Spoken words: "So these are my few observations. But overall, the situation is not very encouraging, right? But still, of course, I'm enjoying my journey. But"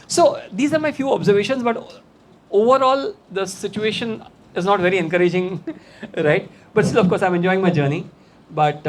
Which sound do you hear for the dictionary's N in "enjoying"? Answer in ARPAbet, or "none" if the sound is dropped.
N